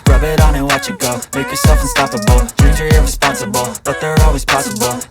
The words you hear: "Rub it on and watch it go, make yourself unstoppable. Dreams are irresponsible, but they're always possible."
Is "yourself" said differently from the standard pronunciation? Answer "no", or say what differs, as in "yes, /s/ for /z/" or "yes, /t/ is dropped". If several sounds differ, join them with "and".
no